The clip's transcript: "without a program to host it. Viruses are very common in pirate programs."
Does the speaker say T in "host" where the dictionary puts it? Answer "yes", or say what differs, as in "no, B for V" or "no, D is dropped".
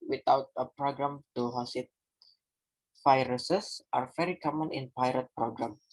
no, T is dropped